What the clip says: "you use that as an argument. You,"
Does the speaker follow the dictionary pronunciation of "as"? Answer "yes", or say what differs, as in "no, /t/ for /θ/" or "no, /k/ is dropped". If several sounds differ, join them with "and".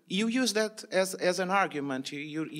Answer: yes